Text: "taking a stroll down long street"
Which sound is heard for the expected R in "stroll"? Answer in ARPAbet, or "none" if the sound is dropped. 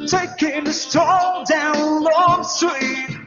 none